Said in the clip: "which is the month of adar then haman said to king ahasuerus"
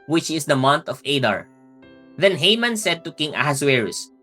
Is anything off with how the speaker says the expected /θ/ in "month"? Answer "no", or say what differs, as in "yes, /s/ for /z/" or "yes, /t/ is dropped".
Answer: yes, /t/ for /θ/